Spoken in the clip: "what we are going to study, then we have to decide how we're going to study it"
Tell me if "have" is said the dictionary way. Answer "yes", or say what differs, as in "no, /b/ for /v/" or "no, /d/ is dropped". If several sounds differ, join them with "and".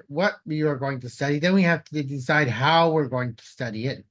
no, /f/ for /v/